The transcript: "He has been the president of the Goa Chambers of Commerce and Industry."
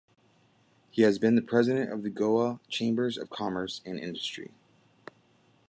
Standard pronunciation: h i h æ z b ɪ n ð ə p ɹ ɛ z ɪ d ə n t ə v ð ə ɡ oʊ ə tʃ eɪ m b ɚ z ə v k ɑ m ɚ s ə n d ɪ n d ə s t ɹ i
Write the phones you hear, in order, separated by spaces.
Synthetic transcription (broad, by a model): h i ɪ z b ɪ n ð ə p ɹ ɛ z ɪ d ə n t ə v ð ə ɡ oʊ ə tʃ eɪ m b ɚ z ə v k ɑ m ɚ s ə n ɪ n d ə s t ɹ i